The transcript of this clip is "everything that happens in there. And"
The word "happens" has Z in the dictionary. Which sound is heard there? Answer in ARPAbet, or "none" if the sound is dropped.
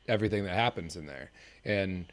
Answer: Z